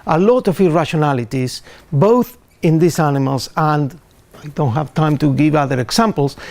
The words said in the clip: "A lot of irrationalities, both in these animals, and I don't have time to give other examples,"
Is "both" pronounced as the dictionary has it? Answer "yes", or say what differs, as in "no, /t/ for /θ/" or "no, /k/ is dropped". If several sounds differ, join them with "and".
yes